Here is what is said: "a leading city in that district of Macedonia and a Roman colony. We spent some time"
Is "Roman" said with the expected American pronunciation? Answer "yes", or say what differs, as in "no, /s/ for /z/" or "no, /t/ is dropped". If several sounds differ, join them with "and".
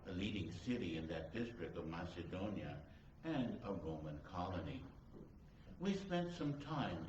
yes